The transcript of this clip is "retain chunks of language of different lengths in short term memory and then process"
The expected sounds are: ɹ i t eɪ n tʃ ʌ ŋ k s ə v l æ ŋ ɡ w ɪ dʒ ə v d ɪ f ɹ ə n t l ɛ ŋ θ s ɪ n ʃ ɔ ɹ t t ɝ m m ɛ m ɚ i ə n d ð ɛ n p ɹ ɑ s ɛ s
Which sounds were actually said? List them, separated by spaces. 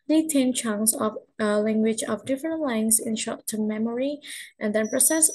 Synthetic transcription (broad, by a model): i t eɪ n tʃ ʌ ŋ s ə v l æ ŋ ɡ w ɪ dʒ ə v d ɪ f ɹ ə n t l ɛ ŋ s ɪ n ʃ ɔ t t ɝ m m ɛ m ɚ i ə n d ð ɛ n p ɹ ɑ s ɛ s